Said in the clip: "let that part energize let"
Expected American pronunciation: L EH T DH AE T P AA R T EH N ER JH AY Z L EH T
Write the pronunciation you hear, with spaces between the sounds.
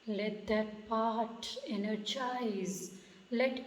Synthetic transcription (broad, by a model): L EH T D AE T P AA R T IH N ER CH AY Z L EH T